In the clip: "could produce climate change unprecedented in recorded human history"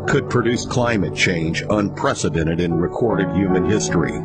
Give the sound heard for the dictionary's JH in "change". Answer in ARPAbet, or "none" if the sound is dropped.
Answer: JH